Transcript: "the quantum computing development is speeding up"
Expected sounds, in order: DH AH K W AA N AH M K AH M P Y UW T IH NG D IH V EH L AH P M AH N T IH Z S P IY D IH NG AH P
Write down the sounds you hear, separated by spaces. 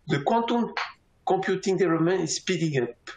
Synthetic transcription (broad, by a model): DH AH K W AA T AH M K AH P Y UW T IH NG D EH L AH M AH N IH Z S P IY D IH NG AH P